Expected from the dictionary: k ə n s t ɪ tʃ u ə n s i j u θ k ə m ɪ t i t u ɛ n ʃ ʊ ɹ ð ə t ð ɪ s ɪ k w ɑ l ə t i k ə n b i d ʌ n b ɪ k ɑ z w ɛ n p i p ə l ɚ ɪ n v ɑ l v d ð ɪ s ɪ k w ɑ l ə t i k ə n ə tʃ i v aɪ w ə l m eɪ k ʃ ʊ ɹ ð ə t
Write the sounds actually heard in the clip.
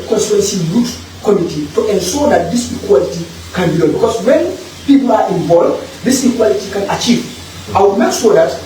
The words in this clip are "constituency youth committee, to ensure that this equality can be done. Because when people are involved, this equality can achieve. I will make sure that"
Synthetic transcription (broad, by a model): k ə n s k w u n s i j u s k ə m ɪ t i t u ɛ n ʃ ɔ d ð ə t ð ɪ s ɪ k w ɑ l ə t i k ə n b i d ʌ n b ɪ k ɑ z w ɛ n p i p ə l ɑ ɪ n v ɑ l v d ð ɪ s ɪ k w ɑ l ə t i k ə n ə tʃ i v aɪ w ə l m eɪ k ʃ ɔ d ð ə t